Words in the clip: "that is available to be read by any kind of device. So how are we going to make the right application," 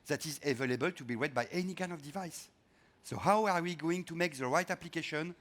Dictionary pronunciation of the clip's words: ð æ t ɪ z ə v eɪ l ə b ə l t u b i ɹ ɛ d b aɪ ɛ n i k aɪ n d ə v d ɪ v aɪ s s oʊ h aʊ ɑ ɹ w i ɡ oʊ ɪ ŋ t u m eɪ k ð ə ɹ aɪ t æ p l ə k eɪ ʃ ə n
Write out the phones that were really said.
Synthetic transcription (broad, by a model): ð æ t ɪ z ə v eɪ l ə b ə l t u b i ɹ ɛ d b aɪ ɛ n i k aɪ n ə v d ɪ v aɪ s s oʊ h aʊ ɑ ɹ w i ɡ oʊ ɪ ŋ t u m eɪ k ð ə ɹ aɪ t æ p l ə k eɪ ʃ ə n